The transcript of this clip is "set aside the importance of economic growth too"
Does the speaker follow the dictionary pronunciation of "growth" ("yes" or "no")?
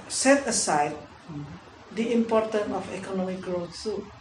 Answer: no